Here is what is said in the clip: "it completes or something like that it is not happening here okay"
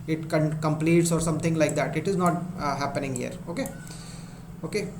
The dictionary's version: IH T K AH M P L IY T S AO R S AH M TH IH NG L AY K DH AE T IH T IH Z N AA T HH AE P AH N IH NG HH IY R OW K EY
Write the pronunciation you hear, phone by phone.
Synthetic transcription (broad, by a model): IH T K AH M P L IY T S AO R S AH M T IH NG L AY K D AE T IH T IH Z N AA T HH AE P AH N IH NG HH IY R OW K EY